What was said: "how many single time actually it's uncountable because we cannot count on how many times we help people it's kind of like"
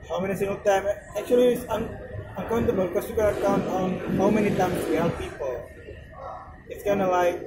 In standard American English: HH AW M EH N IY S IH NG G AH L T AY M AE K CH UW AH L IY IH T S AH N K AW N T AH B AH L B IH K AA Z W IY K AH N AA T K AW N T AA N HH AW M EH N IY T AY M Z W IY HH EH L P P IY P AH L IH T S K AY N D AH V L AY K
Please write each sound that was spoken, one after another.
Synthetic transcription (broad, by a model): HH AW M EH N IY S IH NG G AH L T AY M AE K CH UW AH L IY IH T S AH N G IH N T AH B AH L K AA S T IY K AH L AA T K AW N T AA N HH AW M EH N IY T AY M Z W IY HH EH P P IY P AH L IH T S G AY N AH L AY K